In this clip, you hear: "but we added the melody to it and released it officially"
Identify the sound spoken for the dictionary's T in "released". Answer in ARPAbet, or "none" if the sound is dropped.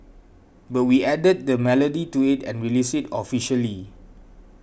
none